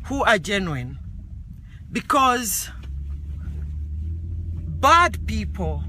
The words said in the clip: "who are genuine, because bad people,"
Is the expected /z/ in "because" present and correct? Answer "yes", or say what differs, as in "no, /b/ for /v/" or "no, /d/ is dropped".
yes